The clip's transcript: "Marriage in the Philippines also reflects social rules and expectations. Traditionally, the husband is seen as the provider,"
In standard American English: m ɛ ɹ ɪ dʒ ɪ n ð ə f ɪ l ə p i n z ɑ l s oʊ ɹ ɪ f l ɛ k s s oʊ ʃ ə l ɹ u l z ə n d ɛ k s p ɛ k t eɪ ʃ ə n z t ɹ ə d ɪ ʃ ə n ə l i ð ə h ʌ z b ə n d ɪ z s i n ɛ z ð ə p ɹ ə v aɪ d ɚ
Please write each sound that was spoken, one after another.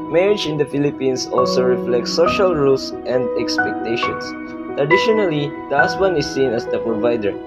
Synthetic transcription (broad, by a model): m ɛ ɹ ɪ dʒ ɪ n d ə f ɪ l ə p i n s ɑ l s oʊ ɹ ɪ f l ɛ k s s oʊ ʃ ə l ɹ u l s ə n d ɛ k s p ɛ k t eɪ ʃ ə n s t ɹ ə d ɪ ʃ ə n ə l i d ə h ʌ s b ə n ɪ s i n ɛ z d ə p ɹ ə v aɪ d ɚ